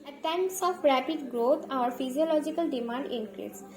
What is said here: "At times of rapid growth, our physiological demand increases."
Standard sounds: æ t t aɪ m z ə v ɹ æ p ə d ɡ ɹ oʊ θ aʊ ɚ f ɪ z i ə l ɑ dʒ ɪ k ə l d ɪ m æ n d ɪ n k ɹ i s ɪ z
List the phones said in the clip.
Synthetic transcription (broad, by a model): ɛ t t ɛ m s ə f ɹ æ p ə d ɡ ɹ oʊ t aʊ ɚ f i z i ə l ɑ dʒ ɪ k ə l d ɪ m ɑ n d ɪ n k ɹ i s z